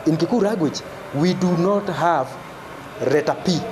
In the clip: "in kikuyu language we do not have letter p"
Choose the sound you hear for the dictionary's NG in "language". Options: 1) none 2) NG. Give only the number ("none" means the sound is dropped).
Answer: 1